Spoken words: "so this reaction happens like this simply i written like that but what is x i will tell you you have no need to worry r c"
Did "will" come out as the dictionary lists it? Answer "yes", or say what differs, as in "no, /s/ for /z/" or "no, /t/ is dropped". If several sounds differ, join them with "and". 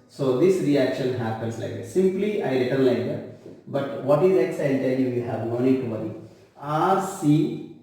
no, /n/ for /l/